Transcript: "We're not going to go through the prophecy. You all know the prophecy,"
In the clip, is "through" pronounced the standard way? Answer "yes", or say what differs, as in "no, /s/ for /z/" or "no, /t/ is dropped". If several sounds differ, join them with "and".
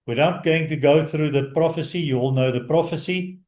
yes